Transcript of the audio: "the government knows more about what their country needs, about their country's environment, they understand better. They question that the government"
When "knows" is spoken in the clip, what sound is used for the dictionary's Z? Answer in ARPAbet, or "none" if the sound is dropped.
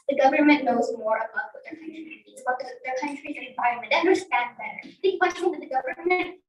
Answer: Z